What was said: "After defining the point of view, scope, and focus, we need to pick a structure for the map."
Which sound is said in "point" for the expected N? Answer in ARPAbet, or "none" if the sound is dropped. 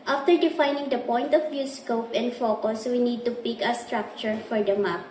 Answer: N